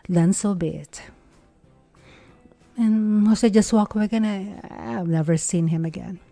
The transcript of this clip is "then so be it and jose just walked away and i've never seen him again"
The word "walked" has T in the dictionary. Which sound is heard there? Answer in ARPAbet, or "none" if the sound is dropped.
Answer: none